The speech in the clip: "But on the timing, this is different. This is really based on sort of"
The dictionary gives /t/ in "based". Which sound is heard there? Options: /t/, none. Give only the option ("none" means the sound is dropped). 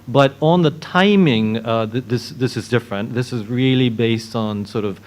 /t/